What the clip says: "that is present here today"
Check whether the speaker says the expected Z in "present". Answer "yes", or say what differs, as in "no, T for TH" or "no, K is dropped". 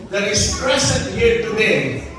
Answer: no, S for Z